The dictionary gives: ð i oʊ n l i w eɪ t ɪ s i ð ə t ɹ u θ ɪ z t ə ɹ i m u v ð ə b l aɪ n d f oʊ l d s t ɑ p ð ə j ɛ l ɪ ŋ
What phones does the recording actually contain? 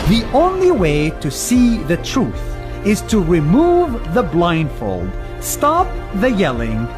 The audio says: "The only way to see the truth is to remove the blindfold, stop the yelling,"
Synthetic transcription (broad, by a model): ð i oʊ n l i w eɪ t ɪ s i ð ə t ɹ u θ ɪ z t ə ɹ i m u v ð ə b l aɪ n d f oʊ l d s t ɑ p ð ə j ɛ l ɪ ŋ